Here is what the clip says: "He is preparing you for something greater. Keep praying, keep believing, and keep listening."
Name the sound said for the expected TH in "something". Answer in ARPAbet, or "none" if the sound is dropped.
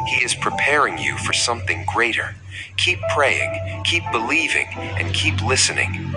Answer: TH